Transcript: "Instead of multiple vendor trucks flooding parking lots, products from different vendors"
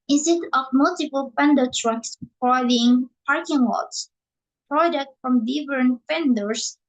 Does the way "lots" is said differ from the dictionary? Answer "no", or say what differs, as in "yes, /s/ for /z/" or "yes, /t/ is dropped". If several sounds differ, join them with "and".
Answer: yes, /w/ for /l/